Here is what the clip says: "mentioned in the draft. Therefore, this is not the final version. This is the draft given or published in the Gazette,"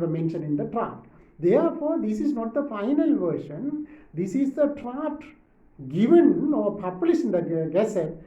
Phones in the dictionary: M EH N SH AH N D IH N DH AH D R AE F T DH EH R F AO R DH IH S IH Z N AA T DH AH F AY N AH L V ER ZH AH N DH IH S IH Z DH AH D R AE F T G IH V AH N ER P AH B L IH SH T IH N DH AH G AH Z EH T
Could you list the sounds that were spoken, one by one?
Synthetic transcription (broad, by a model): M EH N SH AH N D IH N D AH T R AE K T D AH R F AO R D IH S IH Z N AA T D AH F AY N AH L V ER SH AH N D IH S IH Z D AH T R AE T G IH V AH N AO P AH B L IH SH IH N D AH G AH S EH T